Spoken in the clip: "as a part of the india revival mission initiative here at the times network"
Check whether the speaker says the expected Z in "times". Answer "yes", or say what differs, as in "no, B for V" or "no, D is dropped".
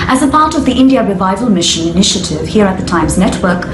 yes